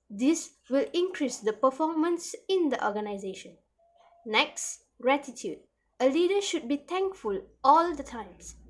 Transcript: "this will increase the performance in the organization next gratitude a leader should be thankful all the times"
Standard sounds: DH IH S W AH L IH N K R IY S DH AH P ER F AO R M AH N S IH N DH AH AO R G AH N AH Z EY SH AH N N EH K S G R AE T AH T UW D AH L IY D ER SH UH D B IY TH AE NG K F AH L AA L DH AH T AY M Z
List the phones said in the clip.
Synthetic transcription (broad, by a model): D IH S W AH L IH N K R IY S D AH P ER F AO M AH N S IH N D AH AO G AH N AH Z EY SH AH N N EH K S G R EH T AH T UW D AH L IY D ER SH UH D B IY T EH NG K F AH L AA L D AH T AY M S